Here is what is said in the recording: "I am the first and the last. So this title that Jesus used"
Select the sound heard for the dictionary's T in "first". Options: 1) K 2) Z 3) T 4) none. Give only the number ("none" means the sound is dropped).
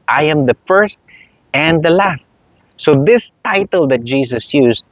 3